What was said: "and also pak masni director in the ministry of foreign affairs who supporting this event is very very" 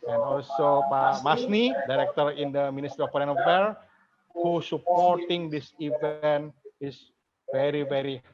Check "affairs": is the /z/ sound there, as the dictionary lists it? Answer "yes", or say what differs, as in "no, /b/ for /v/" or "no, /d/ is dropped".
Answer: no, /z/ is dropped